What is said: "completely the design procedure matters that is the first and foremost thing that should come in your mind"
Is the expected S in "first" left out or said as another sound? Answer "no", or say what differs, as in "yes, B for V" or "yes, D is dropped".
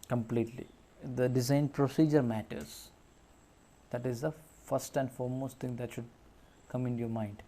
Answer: no